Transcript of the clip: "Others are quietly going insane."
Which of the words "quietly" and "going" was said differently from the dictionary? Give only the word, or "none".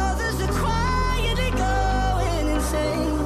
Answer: quietly